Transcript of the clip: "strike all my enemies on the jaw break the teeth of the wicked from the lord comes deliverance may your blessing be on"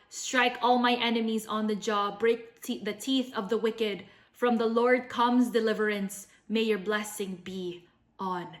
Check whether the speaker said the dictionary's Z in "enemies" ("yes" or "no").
yes